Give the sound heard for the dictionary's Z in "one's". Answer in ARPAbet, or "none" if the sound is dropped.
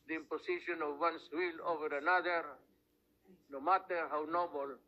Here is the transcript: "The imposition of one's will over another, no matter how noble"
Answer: S